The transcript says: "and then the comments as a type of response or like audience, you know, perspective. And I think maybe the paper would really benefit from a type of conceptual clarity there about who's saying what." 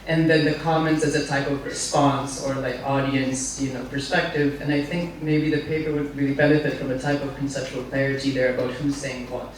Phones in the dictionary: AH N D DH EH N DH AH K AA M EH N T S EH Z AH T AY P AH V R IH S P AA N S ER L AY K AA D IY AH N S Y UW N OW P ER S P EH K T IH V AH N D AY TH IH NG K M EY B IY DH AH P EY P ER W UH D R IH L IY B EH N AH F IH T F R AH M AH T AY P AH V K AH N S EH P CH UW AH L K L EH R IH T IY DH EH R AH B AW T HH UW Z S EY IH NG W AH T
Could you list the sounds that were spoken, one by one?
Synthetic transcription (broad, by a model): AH N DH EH N DH AH K AA M EH N T S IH Z AH T AY P AH V R IH S P AA N S ER L AY K AA D IY AH N S Y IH N OW P ER S P EH K T IH V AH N AY TH IH NG K M EY B IY DH AH P EY P ER W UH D R IH L IY B EH N AH F IH T F R AH M AH T AY P AH V K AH N S EH P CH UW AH L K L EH R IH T IY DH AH R AH B AW T HH UW Z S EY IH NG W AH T